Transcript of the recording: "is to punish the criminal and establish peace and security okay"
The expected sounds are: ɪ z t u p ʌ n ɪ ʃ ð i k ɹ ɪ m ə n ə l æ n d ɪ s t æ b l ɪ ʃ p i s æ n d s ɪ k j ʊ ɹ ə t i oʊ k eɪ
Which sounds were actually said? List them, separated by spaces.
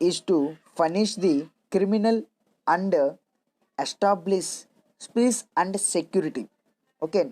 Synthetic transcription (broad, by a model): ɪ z t u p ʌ n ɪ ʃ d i k ɹ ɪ m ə n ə l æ n d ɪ s t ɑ b l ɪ s p i s æ n d s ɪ k j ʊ ɹ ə t i oʊ k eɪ